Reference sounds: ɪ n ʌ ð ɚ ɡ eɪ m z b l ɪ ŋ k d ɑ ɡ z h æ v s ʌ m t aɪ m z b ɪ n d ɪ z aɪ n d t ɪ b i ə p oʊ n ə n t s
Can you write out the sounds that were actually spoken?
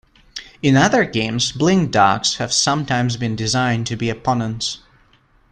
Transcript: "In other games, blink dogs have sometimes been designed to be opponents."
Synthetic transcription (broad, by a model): ɪ n ʌ ð ɚ ɡ eɪ m z b l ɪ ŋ d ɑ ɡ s h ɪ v s ʌ m t aɪ m z b ɪ n d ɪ z aɪ n t ɪ b i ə p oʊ n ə n t s